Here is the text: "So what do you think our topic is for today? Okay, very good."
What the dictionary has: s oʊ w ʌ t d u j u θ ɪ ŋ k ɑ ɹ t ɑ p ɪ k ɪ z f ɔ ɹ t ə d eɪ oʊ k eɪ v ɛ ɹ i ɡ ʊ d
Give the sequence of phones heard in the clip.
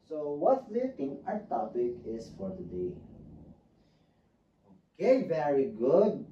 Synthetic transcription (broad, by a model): s oʊ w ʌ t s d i t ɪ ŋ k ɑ t ɑ p ɪ k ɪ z f ɔ ɹ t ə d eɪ oʊ k eɪ v ɛ ɹ i ɡ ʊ d